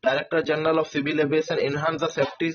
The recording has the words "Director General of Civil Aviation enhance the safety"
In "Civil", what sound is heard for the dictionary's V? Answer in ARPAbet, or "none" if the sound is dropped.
B